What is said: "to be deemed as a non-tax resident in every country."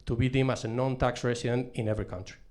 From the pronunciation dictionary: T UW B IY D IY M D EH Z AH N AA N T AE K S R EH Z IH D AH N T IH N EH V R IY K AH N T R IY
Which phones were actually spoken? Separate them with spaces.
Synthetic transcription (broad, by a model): T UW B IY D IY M AA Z AH N AA N T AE K S R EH S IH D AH N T IH N EH V R IY K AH N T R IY